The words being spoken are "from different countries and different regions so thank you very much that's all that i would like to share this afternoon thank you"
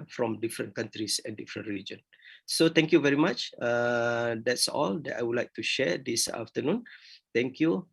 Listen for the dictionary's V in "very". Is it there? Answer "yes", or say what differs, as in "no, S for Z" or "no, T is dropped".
yes